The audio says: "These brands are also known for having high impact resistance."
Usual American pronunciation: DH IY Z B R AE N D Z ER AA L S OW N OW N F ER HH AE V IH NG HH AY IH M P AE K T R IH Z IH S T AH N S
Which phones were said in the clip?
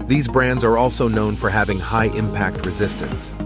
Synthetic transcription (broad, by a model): DH IY Z B R AE N D Z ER AA L S OW N OW N F ER HH AE V IH NG HH AY IH M P AE K T R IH Z IH S T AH N S